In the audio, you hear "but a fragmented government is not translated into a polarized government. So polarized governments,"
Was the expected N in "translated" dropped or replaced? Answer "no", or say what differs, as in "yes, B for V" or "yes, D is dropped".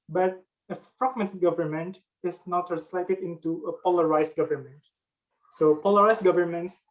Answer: yes, N is dropped